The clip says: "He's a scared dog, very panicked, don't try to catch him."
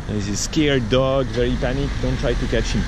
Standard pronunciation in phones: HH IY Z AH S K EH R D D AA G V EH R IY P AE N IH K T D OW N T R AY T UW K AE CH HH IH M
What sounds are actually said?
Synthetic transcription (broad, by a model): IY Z AH S K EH R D D AA G V EH R IY P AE N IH K D OW N T R AY T UW K AE CH HH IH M